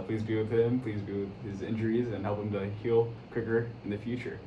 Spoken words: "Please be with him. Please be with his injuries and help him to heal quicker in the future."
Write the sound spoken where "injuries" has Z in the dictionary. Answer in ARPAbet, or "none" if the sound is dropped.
Z